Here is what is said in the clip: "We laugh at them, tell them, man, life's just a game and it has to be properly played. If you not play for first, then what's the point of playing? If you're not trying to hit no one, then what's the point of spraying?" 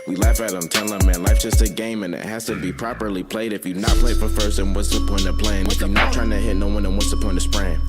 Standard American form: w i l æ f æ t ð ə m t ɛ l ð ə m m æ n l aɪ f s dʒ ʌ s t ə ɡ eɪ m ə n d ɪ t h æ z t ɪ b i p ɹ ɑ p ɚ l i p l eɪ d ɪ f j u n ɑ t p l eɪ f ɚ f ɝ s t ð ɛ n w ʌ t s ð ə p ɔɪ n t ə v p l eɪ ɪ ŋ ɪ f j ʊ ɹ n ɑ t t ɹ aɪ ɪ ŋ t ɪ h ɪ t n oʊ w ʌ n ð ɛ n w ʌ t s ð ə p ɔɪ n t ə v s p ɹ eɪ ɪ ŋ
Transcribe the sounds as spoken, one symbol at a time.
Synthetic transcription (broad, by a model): w i l æ f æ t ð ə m t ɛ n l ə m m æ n l aɪ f dʒ ʌ s t ə ɡ eɪ m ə n ɪ t h æ z t ɪ b i p ɹ ɑ p ɚ l i p l eɪ d ɪ f j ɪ n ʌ t p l eɪ f ɚ f ɝ s t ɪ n w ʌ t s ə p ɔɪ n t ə p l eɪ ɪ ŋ ɪ f j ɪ n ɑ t t ɹ aɪ ɪ ŋ t ɪ h ɪ t n oʊ w ʌ n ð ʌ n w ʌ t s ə p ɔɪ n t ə s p ɹ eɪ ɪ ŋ